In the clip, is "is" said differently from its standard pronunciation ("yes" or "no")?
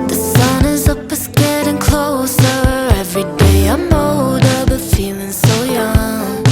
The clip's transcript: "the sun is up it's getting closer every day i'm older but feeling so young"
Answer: no